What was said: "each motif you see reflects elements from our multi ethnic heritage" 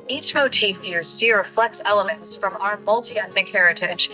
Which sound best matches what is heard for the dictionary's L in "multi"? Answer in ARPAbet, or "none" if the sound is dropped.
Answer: L